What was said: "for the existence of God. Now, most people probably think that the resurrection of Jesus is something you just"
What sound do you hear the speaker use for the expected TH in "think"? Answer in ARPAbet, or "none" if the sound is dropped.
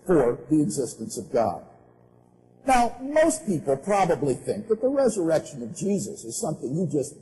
TH